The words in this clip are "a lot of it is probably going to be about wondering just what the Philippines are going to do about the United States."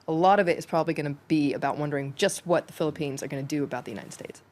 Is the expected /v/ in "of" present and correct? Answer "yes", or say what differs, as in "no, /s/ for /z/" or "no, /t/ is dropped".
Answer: yes